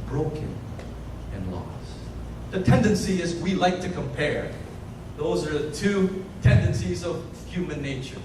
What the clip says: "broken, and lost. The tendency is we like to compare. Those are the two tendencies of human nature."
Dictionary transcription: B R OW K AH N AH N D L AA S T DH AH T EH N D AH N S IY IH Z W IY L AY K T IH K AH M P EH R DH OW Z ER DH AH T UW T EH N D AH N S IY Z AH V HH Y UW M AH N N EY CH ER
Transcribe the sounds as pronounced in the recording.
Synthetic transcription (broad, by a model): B R OW K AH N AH N L AA S DH AH T EH N D AH N S IY IH Z W IY L AY K T IH K AH M P EH R DH OW Z ER DH AH T UW T EH N D AH N S IY Z AH V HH Y UW M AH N N EY CH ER